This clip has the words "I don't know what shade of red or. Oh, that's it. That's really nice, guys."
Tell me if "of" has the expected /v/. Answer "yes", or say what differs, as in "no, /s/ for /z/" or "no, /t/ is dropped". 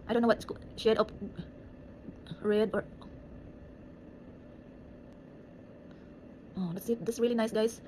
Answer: no, /p/ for /v/